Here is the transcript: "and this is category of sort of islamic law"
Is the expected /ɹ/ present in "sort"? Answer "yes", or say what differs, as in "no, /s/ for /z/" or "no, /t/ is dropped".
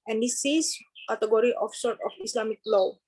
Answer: yes